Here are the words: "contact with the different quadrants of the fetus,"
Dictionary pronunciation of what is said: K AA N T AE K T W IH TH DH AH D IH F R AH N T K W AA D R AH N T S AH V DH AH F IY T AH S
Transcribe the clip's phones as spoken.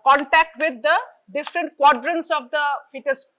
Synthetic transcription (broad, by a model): K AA N T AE K T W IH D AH D IH F R AH N T K W AA D R AH N T S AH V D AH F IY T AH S